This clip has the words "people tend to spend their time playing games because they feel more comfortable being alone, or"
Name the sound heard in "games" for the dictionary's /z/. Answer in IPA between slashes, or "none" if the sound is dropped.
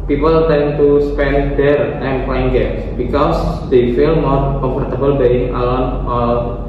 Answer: /s/